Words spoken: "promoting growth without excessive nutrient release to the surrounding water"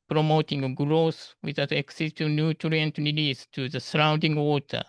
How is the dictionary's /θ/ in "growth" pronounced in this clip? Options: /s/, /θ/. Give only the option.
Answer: /s/